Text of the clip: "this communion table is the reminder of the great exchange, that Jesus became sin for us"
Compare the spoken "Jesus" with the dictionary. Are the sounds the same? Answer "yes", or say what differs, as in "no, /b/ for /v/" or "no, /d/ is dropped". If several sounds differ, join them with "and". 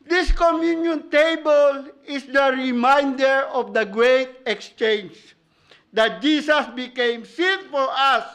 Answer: no, /s/ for /z/